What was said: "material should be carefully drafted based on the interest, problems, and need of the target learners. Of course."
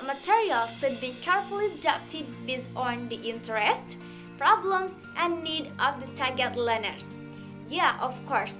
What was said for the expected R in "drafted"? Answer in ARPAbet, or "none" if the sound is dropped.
none